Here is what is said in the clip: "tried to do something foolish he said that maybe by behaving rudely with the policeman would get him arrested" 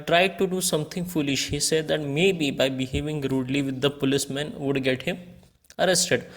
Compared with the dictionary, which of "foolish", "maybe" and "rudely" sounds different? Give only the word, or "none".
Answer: none